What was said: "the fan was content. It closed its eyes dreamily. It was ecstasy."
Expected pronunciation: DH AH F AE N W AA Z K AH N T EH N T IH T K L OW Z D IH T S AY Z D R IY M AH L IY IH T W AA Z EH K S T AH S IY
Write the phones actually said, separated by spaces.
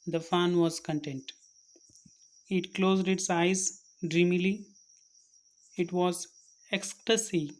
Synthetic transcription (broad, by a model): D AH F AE N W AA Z K AH N T EH N T IH T K L OW Z D IH T S AY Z D R IY M AH L IY IH T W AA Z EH K S T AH S IY